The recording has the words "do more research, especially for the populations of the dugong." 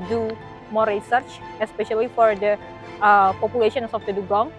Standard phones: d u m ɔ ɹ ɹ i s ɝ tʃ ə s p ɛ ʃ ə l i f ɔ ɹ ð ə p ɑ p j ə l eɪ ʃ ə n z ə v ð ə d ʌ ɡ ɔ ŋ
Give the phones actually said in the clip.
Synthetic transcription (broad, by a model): d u m ɔ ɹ ɹ i s ɝ tʃ ə s p ɛ ʃ ə l i f ɔ ɹ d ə p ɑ p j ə l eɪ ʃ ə n s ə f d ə d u ɡ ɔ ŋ